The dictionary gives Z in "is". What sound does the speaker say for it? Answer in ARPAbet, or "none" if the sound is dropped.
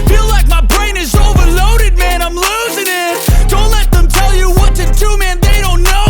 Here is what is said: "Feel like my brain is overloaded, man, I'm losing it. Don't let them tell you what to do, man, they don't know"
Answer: Z